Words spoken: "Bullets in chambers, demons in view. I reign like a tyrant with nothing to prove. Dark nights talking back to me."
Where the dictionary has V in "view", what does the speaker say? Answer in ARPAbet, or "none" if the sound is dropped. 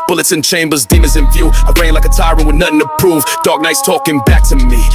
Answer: F